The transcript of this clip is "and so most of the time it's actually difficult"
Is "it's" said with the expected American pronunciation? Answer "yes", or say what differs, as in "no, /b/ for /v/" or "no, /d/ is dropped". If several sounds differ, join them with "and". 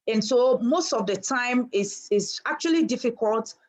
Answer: no, /s/ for /t/